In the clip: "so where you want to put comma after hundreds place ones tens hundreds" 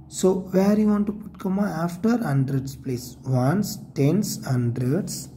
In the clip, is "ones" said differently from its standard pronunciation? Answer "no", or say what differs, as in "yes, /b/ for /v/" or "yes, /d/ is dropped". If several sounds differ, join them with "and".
yes, /s/ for /z/